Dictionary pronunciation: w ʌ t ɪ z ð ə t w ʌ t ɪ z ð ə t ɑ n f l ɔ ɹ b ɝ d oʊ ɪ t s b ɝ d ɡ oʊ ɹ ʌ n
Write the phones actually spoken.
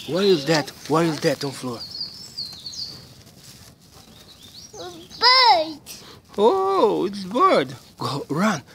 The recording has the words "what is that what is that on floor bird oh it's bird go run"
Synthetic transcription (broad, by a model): w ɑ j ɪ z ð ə t w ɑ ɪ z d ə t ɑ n f l ɔ ɹ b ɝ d oʊ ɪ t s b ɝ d ɡ oʊ ɹ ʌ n